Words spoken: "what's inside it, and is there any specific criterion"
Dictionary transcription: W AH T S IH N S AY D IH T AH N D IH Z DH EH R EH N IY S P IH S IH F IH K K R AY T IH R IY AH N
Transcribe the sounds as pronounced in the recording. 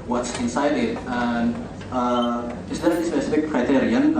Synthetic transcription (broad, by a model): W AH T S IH N S AY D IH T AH N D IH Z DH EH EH IY S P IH S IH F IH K K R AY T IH R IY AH N